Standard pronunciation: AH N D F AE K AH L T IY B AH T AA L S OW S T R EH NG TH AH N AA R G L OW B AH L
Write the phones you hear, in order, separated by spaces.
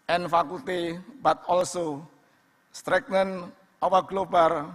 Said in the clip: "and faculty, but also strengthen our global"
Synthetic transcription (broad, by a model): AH N F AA K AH L T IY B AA T AA L S OW S T R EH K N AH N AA W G L OW B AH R